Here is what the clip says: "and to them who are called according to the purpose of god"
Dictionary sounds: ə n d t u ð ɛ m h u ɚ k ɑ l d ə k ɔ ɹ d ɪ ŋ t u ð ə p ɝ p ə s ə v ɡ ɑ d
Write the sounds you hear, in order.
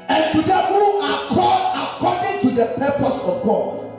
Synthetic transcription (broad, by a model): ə n t u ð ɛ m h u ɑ k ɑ d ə k ɔ d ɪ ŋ t u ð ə p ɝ p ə s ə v ɡ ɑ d